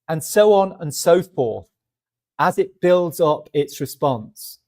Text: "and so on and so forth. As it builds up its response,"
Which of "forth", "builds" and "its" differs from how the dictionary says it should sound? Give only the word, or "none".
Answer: forth